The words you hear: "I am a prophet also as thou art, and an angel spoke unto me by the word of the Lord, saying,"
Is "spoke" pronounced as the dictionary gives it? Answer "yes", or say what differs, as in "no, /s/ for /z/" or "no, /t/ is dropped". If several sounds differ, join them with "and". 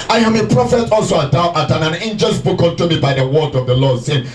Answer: no, /b/ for /p/